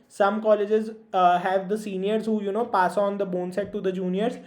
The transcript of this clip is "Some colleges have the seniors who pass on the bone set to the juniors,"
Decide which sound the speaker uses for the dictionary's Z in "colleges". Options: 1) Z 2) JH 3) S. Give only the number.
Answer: 1